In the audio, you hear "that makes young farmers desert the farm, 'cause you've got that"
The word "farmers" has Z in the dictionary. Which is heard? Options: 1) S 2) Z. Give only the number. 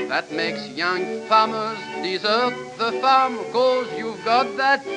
2